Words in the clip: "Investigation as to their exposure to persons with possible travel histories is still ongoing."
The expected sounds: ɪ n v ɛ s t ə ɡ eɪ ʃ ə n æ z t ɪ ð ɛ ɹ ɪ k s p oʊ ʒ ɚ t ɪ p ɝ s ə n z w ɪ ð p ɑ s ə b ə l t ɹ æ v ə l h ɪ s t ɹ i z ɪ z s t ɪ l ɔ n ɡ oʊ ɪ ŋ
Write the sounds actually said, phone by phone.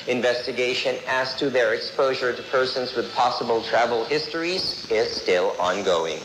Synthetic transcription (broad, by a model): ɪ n v ɛ s t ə ɡ eɪ ʃ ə n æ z t ɪ ð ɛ ɹ ɪ k s p oʊ ʒ ɚ t ɪ p ɝ s ə n z w ɪ ð p ɑ s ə b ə l t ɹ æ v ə l h ɪ s t ɹ i z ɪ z s t ɪ l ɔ n ɡ oʊ ɪ ŋ